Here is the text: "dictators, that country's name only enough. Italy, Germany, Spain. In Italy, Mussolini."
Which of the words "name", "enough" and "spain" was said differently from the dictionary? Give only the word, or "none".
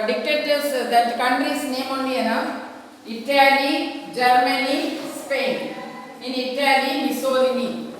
enough